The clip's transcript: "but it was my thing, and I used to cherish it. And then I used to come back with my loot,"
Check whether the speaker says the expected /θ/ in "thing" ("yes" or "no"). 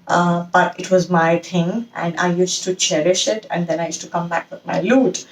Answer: no